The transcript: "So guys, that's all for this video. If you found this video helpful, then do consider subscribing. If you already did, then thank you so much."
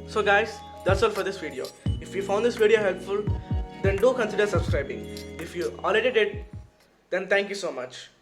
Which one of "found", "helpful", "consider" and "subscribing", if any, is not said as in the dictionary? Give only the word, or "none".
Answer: none